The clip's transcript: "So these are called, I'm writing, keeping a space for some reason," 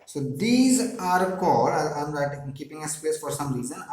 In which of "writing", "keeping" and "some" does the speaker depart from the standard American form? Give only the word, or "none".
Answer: writing